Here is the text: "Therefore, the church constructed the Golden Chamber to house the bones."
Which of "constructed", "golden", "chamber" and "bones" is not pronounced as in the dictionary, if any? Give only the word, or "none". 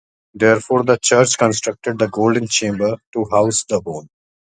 bones